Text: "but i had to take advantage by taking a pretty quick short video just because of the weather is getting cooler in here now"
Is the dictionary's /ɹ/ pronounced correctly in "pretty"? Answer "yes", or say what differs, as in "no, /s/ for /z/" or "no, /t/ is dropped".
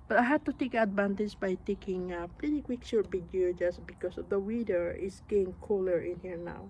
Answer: no, /l/ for /ɹ/